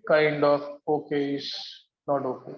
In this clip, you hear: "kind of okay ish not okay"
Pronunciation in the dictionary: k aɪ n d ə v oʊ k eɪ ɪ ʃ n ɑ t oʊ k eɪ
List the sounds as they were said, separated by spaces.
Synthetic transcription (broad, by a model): k aɪ n d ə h oʊ k eɪ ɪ s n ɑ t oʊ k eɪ